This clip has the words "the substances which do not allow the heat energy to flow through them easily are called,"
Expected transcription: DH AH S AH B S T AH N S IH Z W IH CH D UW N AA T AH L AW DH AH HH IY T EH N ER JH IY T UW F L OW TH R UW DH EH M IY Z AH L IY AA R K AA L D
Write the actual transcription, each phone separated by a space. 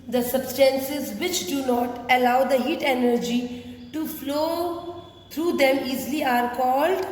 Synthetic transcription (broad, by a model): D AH S AH B S T AH N S IH Z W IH CH D UW N AA T AH L AW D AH HH IY T EH N ER JH IY T UW F L OW T R UW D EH M IY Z L IY AA R K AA L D